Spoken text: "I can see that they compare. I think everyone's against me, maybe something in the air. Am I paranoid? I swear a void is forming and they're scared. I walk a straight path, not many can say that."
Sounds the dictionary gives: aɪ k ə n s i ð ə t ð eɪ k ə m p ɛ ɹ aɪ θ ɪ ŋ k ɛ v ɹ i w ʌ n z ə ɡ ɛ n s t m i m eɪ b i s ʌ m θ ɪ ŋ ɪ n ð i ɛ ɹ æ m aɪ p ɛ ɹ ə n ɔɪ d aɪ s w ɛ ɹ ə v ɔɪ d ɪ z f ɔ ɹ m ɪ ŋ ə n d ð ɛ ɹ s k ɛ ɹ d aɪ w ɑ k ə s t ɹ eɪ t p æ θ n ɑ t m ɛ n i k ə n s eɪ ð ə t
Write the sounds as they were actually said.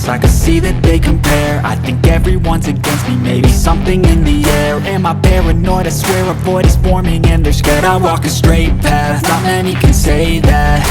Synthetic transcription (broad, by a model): aɪ k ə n s i ð ə t ð eɪ k ə m p ɛ ɹ aɪ θ ɪ ŋ k ɛ v ɹ i w ʌ n z ə ɡ ɛ n s t m i m eɪ b i s ʌ m θ ɪ ŋ ɪ n ð i ɛ ɹ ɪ m aɪ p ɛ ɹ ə n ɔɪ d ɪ s w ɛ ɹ ə b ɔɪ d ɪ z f ɔ ɹ m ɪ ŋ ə n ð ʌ ɹ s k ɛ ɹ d aɪ w ɑ k ə s t ɹ eɪ t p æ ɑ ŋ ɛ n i k ə n s eɪ ð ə t